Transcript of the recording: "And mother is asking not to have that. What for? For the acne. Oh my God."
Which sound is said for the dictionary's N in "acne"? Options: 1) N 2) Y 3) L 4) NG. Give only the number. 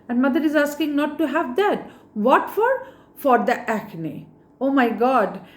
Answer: 1